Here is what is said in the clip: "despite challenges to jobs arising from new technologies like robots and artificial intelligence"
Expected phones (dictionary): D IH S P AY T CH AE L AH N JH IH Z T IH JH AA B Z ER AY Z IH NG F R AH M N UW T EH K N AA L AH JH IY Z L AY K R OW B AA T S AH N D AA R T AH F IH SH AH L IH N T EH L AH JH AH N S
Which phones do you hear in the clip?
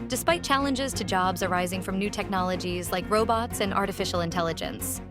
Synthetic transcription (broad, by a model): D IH S P AY T CH AE L AH N JH IH Z T IH JH AA B Z ER AY Z IH NG F R AH M N UW T EH K N AA L AH JH IY Z L AY K R OW B AA T S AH N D AA R T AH F IH SH L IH N T EH L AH JH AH N S